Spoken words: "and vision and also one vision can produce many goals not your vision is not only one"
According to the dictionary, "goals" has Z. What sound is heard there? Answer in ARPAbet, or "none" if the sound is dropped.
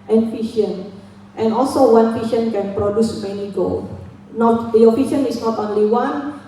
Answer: none